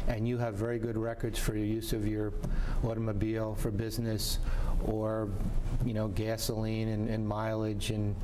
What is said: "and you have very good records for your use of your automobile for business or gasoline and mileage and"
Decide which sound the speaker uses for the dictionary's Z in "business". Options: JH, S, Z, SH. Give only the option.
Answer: Z